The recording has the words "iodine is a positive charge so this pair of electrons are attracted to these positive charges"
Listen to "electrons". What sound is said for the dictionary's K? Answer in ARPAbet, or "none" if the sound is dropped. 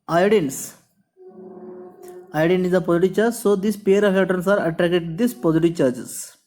none